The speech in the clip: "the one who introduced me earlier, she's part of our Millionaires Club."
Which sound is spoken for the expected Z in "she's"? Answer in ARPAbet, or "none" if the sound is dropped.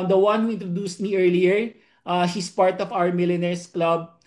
S